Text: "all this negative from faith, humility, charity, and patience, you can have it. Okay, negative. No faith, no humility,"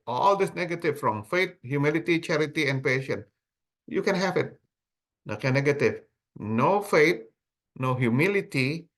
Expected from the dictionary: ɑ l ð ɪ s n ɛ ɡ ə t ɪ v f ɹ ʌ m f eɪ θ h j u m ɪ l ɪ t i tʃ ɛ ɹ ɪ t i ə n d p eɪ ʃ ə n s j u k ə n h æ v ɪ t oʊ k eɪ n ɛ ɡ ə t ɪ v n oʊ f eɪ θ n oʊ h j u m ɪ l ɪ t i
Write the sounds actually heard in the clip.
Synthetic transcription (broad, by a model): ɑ l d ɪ s n ɛ ɡ ə t ɪ v f ɹ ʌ m f eɪ t h j u m ɪ l ɪ t i tʃ ɛ ɹ ɪ t i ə n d p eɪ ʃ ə n j u k ə n h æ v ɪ t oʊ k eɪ n ɛ ɡ ə t ɪ v n oʊ f eɪ t n oʊ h j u m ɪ l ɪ t i